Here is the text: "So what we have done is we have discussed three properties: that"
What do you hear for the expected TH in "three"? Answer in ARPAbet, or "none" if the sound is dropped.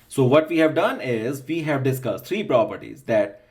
T